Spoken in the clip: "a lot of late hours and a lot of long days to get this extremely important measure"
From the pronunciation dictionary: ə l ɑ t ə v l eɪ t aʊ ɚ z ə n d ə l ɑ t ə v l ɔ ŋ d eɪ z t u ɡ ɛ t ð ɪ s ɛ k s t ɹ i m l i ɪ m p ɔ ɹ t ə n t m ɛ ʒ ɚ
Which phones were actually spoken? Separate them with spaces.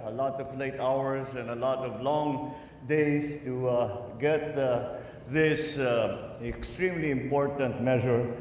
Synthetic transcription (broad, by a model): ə l ɑ t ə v l eɪ t aʊ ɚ s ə n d ə l ɑ t ə v l ɔ ŋ d eɪ s t u ɡ ɛ t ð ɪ s ɛ k s t ɹ i m l i ɪ m p ɔ ɹ t ə n t m ɛ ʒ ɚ